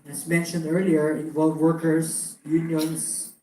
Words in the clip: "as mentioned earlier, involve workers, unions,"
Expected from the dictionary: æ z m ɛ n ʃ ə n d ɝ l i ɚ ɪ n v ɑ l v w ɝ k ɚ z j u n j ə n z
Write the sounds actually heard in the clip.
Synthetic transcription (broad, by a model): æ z m ɛ n ʃ ə n d ɝ l i ɚ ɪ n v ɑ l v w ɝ k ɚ s j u n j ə n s